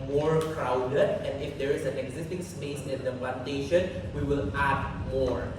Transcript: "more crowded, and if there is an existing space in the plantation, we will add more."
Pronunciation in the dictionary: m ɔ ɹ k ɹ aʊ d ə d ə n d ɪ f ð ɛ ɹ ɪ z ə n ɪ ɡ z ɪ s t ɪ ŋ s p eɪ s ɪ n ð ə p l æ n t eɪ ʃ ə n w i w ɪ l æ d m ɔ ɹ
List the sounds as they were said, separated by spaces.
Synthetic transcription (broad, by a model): m ɔ ɹ k ɹ aʊ d ə d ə n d ɪ f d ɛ ɹ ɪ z ə n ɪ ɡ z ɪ s t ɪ ŋ s p eɪ s ɪ n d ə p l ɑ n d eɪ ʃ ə n w i w ɪ l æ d m ɔ ɹ